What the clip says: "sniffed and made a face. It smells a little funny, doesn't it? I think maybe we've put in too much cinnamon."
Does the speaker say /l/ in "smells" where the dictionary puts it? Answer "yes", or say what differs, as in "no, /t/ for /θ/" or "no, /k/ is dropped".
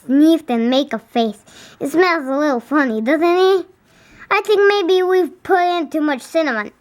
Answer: no, /n/ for /l/